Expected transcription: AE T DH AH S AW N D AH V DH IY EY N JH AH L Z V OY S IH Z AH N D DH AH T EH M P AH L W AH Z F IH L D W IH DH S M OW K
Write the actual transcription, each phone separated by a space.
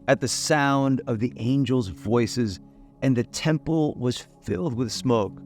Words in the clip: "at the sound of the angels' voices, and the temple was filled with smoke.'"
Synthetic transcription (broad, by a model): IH T DH AH S AW N D AH V DH IY EY N JH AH L Z V OY S IH Z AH N DH AH T EH M P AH L W AH Z F IH L D W IH DH S M OW K